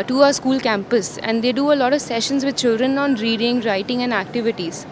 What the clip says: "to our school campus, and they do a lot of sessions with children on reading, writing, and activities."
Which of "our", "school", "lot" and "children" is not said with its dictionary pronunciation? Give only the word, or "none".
none